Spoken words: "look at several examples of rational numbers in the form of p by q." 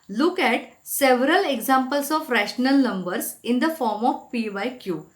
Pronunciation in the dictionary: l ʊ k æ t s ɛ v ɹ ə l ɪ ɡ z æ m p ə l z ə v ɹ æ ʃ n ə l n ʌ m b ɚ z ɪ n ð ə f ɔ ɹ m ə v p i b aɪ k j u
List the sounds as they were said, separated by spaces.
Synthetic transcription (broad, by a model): l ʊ k æ t s ɛ v ɹ ə l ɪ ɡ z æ m p ə l s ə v ɹ æ ʃ n ə l n ʌ m b ɚ s ɪ n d ə f ɔ ɹ m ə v p i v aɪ k j u